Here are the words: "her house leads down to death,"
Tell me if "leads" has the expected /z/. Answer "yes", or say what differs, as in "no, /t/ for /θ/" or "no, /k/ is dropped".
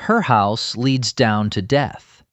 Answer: yes